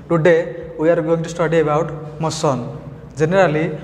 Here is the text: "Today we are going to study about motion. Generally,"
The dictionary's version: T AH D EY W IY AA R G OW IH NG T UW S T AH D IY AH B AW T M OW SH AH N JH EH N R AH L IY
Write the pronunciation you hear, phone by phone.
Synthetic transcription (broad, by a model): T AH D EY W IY AA R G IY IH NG T UW S T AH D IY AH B AW T M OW S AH N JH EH N R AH L IY